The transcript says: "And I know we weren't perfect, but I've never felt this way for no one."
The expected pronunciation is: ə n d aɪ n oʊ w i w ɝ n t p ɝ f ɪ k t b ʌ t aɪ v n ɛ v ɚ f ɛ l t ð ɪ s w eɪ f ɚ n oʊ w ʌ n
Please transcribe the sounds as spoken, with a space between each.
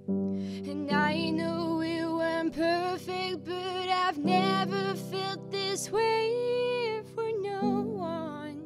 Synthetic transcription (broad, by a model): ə n aɪ n oʊ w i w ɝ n p ɝ f ɪ k t b ʌ t aɪ v n ɛ v ɚ f ɛ l t ð ɪ s w eɪ f ɚ n oʊ w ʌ n